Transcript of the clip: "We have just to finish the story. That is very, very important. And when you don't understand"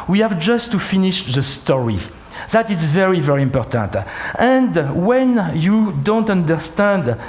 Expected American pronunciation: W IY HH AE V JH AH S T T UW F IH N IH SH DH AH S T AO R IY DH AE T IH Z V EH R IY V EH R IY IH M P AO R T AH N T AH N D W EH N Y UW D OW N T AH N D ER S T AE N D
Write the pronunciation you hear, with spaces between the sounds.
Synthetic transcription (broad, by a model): W IY HH AE V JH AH S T T UW F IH N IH SH DH AH S T AO R IY DH AE T IH Z V EH R IY V EH R IY IH M P AO R T AH N T AH N D W EH N Y UW D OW N T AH N D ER S T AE N D